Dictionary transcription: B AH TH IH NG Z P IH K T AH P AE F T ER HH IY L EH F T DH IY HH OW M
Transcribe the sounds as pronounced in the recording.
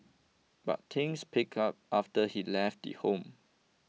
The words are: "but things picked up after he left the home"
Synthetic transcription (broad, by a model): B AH T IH NG S P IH K AH P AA F T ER HH IY L EH F T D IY HH OW M